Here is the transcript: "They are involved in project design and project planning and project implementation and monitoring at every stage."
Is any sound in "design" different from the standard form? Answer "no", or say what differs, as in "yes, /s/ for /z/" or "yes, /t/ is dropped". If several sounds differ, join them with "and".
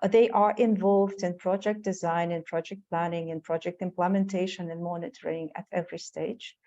no